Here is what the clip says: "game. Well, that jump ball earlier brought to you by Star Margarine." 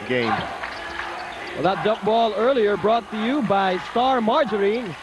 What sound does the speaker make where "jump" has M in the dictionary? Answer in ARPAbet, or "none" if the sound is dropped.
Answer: none